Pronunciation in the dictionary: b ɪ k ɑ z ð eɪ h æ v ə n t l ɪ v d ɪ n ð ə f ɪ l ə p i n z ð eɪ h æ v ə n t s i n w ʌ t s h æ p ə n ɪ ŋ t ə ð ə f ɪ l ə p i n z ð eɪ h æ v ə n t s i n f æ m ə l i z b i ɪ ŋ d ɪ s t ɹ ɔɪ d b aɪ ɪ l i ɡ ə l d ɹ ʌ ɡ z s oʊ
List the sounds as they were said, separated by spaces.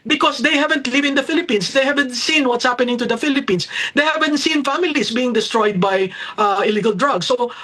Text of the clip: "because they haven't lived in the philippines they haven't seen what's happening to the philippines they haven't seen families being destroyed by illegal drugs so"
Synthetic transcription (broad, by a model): b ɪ k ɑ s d eɪ h æ v ə n t l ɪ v ɪ n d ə f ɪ l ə p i n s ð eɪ h æ v ə n t s i n w ʌ t s h æ p ə n ɪ ŋ t ə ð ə f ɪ l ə p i n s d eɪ h æ v ə n t s i n f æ m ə l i s b i ɪ ŋ d ɪ s t ɹ ɔɪ d b aɪ ɪ l i ɡ ə l d ɹ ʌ ɡ s oʊ